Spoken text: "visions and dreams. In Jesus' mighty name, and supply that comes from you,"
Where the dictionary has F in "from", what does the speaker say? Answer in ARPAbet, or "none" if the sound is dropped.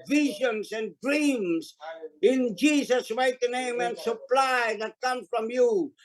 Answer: F